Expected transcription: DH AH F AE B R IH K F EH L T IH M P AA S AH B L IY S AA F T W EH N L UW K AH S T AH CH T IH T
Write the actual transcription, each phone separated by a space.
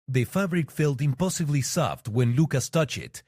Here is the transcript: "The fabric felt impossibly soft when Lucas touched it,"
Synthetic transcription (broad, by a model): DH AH F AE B R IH K F EH L T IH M P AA S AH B L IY S AA F T W EH N L UW K AH S T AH CH IH T